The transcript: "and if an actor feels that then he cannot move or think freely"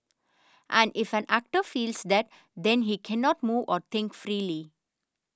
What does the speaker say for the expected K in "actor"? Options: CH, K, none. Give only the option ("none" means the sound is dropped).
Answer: K